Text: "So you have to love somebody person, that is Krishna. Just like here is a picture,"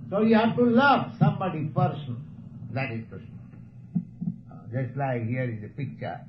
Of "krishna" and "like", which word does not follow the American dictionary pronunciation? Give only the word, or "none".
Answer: krishna